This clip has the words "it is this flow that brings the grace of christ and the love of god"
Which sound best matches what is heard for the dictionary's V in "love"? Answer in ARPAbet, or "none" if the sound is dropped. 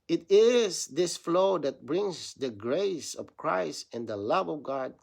V